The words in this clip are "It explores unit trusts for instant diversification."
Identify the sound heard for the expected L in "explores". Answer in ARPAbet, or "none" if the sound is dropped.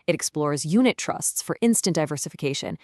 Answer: L